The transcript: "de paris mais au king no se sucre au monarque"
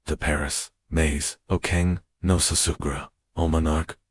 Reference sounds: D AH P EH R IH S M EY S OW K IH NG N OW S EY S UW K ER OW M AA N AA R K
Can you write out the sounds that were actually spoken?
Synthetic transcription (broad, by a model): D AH P EH R IH S M EY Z OW K IH NG N OW S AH S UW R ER OW M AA N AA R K